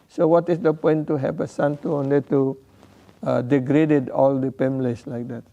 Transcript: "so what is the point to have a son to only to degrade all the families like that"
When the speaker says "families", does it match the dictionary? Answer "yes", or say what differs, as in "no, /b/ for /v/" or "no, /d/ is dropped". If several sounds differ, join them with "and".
no, /p/ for /f/ and /s/ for /z/